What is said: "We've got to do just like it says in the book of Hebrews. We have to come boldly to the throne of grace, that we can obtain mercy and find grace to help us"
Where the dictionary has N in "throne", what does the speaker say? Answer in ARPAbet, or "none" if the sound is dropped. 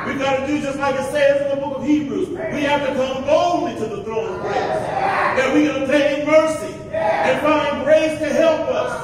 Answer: none